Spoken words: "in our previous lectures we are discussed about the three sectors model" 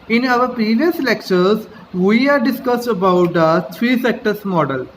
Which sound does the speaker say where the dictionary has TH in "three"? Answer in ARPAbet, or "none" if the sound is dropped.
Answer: T